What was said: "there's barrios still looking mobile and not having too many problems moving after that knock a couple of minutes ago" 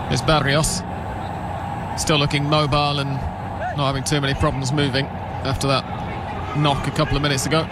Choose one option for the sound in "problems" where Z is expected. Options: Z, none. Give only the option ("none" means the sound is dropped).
Z